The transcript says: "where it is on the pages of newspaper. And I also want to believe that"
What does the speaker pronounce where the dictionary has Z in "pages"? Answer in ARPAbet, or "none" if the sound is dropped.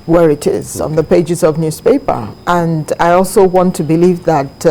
Z